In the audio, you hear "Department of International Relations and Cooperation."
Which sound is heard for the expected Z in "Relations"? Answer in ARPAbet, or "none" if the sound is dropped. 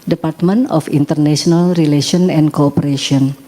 none